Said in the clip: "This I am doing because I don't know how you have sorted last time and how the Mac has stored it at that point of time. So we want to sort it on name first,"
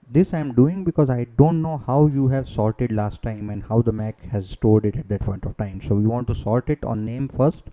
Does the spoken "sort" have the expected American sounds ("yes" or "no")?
no